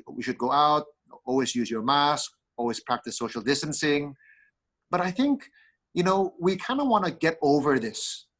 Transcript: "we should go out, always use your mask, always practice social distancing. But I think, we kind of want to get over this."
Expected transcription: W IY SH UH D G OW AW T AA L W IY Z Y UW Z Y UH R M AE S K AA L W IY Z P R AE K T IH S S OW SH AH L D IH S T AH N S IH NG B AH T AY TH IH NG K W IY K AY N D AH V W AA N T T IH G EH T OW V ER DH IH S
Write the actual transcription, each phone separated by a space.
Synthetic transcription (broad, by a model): W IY SH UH D G OW AW T AA L W IY Z Y UW Z Y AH R M AE S K AA L W IY Z P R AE K T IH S S OW SH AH L D IH S T AH N S IH NG B AH T AY TH IH NG K W IY K AY N D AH W AA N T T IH G EH T OW V ER DH IH S